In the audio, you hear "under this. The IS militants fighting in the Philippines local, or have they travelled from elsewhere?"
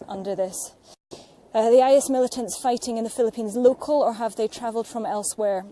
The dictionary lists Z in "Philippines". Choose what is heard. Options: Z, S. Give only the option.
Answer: Z